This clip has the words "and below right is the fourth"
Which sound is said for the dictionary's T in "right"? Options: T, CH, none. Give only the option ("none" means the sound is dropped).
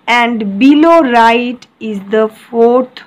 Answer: T